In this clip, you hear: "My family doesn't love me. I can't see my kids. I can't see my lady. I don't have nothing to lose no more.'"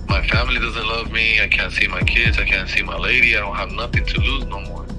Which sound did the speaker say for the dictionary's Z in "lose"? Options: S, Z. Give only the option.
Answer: Z